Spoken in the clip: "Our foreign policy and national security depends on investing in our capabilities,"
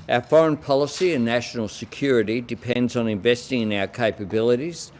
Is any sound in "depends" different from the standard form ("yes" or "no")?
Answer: no